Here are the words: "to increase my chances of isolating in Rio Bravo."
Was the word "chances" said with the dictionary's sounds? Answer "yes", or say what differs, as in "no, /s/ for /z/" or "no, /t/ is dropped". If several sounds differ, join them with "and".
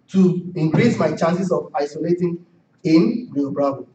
no, /s/ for /z/